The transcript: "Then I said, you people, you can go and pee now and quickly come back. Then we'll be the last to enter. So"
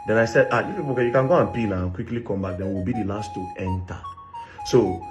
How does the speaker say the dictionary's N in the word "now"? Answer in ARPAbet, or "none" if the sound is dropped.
L